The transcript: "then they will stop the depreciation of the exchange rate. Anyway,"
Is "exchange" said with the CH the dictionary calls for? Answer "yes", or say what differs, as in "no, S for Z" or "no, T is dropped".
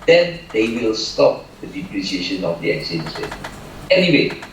no, CH is dropped